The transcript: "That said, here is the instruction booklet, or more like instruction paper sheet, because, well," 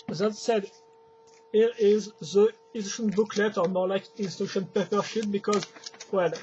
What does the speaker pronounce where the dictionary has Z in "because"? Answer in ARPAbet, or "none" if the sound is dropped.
Z